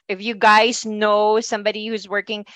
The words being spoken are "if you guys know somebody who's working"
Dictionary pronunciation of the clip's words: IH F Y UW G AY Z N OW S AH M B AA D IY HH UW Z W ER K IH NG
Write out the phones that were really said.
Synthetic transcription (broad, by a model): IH F Y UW G AY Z N OW S AH M B AA D IY HH UW Z W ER K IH NG